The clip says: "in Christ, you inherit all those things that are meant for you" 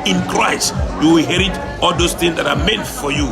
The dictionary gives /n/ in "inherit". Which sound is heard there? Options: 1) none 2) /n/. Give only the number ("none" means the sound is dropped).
1